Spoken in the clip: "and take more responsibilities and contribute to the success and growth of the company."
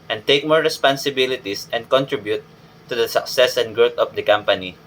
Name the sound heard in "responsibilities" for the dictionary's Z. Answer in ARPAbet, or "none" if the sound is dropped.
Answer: S